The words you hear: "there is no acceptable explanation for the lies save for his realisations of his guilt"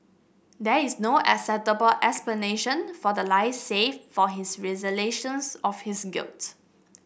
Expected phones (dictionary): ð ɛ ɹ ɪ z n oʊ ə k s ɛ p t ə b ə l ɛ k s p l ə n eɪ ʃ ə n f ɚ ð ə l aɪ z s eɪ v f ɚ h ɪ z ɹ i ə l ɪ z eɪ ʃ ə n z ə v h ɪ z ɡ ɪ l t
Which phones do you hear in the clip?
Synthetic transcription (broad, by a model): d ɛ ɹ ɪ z n oʊ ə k s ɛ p t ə b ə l ɛ k s p l ə n eɪ ʃ ə n f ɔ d ə l aɪ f s eɪ f f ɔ h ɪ s ɹ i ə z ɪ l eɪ ʃ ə n s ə f h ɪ s ɡ ɪ l t